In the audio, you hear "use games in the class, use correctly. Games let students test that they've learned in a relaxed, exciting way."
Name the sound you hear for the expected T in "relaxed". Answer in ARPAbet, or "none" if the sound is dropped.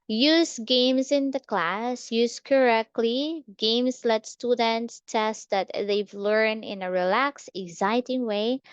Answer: none